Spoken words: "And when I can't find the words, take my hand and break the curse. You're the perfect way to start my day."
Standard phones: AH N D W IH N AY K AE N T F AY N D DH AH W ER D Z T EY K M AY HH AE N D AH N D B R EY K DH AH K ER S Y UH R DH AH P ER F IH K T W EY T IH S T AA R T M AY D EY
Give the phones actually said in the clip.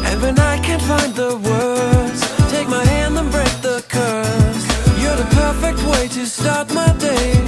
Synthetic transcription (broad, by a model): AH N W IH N AY K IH N F AY N DH AH W ER D Z T EY K M AY HH AE N D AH N B R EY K DH AH K ER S Y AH R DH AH P ER F IH K T W EY T IH S T AA R T M AY D EY